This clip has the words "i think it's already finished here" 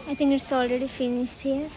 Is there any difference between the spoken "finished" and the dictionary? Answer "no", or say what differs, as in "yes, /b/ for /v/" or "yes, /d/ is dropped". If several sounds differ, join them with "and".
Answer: yes, /s/ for /ʃ/